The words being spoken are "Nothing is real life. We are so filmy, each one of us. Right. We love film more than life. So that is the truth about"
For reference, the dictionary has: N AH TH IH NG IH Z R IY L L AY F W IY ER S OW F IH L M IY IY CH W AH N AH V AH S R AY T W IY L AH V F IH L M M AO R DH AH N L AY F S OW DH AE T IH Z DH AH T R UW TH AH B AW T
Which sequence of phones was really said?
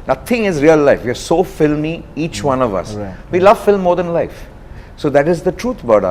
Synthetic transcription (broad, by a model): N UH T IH NG IH Z R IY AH L AY F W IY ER S OW F IH L M IY IY CH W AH N AH V AH S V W IY L AH V F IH L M M AO R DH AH N L AY F S OW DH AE T IH Z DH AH T R UW T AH B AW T